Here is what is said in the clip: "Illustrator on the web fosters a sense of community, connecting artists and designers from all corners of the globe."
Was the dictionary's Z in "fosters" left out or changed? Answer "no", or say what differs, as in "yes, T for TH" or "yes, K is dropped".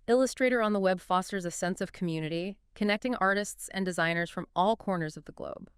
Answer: no